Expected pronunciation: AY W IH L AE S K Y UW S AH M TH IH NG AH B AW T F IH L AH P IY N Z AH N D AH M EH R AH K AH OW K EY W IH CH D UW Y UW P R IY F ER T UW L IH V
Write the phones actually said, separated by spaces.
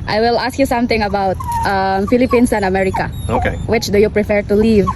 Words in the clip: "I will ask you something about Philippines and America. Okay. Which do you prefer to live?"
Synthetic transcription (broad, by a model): AY W IH L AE S K Y UW S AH M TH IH NG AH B AW T F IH L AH P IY N S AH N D AH M EH R AH K AH OW K EY W IH CH D UW Y UW P R IY F ER T UW L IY V